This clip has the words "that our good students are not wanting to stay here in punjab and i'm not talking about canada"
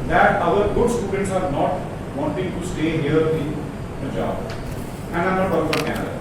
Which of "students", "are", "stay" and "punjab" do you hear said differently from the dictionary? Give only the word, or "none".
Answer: punjab